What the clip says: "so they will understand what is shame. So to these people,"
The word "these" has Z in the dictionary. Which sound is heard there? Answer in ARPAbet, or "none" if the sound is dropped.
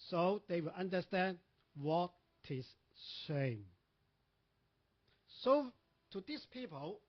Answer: S